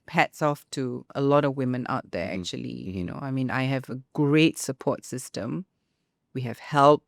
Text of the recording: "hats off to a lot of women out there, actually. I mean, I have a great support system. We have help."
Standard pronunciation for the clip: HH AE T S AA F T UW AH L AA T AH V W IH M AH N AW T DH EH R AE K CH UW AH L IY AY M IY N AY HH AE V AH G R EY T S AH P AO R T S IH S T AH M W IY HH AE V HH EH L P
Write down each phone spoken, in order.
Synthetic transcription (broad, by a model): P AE T S AA F T UW AH L AA T AH V W IH M AH N AW T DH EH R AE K CH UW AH L IY AY M IY N AY HH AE V AH G R EY T S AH P AO T S IH S T AH M W IY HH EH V HH EH L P